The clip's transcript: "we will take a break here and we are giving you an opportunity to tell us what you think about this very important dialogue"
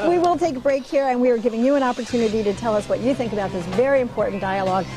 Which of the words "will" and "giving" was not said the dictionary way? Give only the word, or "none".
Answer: none